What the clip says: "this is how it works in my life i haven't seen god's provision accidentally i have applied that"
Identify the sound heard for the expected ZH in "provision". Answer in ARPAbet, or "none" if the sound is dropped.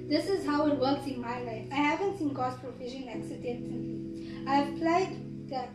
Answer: SH